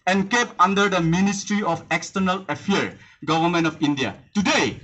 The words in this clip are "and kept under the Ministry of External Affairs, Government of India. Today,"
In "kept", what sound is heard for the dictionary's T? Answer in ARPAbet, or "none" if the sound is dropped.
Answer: none